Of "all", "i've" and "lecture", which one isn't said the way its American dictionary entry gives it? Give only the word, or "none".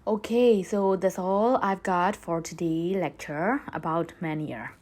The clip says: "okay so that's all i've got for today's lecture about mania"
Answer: none